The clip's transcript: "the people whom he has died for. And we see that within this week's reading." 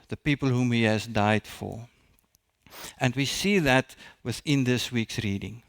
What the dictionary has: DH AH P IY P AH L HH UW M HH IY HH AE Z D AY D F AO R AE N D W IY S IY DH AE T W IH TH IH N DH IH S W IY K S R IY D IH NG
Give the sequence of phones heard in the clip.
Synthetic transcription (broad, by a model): DH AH P IY P AH L HH UW M HH IY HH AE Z D AY D F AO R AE N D W IY S IY DH AE T W IH TH IH N DH IH S W IY K S R IY D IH NG